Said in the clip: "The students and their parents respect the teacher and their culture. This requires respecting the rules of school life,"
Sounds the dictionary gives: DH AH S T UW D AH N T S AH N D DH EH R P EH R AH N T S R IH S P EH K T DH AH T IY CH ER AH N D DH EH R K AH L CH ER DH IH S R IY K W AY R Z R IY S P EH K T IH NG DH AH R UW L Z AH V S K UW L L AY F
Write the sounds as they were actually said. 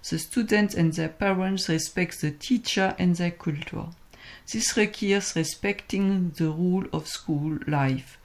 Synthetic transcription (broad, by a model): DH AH S T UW D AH N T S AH N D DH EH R P EH R AH N T S R IH S P EH K T DH AH T IY CH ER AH N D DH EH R K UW L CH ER DH IH S R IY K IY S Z R IY S P EH K T IH NG DH AH R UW L AH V S K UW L L AY F